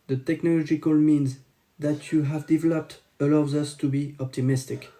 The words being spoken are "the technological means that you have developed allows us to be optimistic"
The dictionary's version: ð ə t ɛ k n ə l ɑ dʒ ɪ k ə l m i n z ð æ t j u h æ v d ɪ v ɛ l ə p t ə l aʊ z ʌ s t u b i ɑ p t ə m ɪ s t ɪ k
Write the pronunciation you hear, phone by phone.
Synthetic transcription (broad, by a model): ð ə t ɛ k n ə l ɑ dʒ ɪ k ə l m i n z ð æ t j u h æ v d ɪ v ɛ l ə p t ə l aʊ z ʌ s t u b i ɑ p t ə m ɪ s t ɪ k